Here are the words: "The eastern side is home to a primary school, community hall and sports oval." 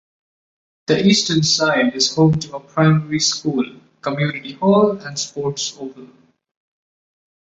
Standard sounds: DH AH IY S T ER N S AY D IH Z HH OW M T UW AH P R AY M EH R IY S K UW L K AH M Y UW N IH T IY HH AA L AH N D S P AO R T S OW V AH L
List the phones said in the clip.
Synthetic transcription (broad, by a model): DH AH IY S T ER N S AY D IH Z HH OW M T UW AH P R AY M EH R IY S K UW L K AH M Y UW N IH T IY HH AA L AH N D S P AO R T S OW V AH N